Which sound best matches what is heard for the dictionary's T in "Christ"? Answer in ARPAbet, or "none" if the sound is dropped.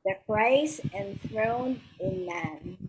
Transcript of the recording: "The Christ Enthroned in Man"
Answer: none